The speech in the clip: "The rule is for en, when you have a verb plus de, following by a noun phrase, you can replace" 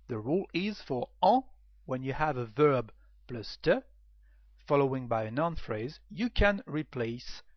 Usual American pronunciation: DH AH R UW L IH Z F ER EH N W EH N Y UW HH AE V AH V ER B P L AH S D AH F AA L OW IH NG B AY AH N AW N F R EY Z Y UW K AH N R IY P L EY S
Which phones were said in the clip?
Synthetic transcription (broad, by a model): DH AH R UW L IH Z F ER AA W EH N Y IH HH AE V AH V ER B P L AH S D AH F AA L OW IH NG B AY AH N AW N F R EY Z Y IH K AH N R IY P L EY S